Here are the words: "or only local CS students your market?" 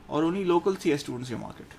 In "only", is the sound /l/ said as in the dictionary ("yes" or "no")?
no